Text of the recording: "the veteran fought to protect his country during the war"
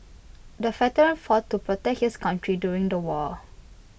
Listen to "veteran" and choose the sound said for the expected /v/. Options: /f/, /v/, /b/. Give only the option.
/f/